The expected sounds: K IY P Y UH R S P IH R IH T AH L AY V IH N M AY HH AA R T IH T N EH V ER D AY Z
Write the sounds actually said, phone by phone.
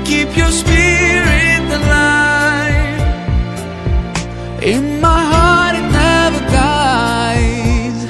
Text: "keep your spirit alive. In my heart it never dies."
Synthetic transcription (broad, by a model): K IY P Y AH R S P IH R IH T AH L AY IH N M AY HH AA R T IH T N EH V ER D AY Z